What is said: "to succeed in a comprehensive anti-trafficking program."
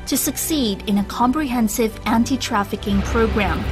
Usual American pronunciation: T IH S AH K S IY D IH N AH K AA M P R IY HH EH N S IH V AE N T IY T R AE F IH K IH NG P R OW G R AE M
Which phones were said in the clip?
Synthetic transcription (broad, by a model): T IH S AH K S IY D IH N AH K AA M P R IY HH EH N S IH V AE N T IY T R AE F IH K IH NG P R OW G R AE M